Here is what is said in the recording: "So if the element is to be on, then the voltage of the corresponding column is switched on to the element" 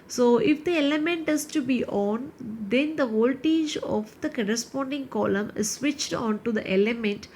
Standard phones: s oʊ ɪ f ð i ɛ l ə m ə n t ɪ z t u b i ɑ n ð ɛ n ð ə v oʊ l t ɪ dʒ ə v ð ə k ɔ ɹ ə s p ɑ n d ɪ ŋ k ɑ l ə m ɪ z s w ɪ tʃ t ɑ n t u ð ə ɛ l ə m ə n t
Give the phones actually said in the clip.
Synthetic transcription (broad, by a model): s oʊ ɪ f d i ɛ l ə m ə n t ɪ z t u b i ɑ n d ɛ n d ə v oʊ l t ɪ dʒ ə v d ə k ɔ ɹ ə s p ɑ n d ɪ ŋ k ɑ l ə m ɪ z s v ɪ tʃ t ɑ n t u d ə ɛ l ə m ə n t